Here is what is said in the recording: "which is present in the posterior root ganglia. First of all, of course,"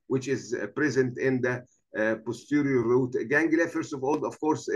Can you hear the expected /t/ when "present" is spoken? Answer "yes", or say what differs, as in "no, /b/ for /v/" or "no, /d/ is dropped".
yes